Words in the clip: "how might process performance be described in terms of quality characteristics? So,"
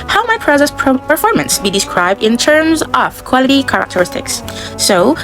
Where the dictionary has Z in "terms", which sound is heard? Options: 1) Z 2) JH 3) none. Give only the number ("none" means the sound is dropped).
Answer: 1